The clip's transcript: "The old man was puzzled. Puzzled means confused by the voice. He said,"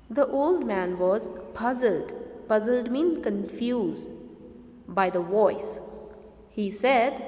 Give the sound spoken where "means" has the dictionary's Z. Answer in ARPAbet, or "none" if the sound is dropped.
none